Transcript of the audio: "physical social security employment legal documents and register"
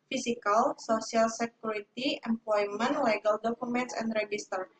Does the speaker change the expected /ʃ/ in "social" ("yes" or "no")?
yes